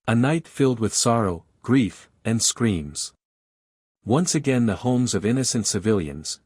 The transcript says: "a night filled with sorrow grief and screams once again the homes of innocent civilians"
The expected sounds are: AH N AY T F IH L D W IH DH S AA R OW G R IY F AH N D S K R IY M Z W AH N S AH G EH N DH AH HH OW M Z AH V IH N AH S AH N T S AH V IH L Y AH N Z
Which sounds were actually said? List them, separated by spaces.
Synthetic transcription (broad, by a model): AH N AY T F IH L D W IH DH S AA R OW G R IY F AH N S K R IY M Z W AH N S AH G EH N DH AH HH OW M Z AH V IH N AH S AH N T S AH V IH L Y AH N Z